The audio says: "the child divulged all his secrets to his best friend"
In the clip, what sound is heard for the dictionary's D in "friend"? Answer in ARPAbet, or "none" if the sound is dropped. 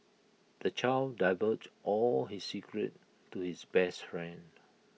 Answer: D